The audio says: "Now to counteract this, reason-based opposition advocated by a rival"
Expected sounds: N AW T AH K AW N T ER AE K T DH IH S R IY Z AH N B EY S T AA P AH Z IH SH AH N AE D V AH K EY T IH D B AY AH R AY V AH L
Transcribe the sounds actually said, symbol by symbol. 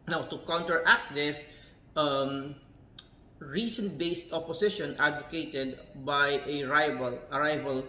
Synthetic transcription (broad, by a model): N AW T AH K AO N T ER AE K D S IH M R IY S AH N B EY S T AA P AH S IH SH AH N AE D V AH K EY T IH D B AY AH R AY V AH L